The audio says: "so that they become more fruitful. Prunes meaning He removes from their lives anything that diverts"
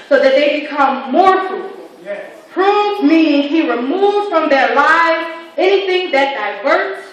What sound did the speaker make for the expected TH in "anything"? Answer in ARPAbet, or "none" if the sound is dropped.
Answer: TH